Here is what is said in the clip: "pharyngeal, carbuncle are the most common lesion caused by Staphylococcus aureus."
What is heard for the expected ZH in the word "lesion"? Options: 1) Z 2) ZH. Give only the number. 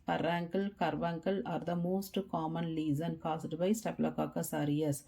1